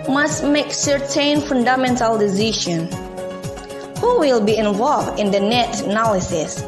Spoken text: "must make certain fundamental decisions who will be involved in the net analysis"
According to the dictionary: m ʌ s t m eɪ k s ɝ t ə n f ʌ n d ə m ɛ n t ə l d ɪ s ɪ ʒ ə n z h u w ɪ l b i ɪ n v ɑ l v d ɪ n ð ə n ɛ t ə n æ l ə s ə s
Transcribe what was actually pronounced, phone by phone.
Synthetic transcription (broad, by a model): m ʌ s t m eɪ k s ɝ t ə n f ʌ n d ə m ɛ n t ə l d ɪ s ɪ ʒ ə n h u w ɪ l b i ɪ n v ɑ l v d ɪ n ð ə n ɛ t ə n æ l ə s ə s